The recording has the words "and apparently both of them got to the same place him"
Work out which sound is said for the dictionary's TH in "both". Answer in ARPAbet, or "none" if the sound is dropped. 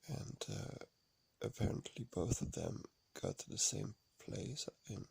TH